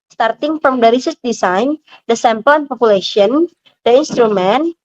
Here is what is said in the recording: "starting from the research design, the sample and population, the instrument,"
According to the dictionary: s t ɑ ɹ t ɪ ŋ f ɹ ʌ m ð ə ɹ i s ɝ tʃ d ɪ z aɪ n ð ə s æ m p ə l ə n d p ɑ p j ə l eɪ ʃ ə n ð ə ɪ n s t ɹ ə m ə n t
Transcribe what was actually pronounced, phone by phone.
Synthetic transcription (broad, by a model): s t ɑ ɹ t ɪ ŋ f ɹ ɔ m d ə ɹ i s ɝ s d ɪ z aɪ n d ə s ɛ m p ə l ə n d p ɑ p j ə l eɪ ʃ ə n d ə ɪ n s t ɹ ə m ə n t